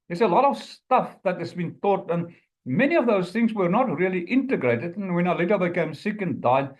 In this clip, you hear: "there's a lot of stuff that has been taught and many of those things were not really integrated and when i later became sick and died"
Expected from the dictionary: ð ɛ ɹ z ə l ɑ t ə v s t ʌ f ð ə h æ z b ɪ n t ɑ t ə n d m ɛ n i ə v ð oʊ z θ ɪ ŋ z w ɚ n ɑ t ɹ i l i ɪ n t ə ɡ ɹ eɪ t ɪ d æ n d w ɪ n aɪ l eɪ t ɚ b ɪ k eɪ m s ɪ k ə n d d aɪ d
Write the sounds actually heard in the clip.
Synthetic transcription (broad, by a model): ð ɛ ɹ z ə l ɑ t ə v s t ʌ f ð ə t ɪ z b ɪ n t ɑ t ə n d m ɛ n i ə v ð oʊ z θ ɪ ŋ z w ɚ n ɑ t ɹ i l i ɪ n t ə ɡ ɹ eɪ t ɪ d n w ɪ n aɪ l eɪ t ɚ b ɪ k eɪ m s ɪ k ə n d d aɪ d